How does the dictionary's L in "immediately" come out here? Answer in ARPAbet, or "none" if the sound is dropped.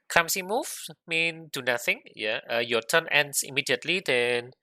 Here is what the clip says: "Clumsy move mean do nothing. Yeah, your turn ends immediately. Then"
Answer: L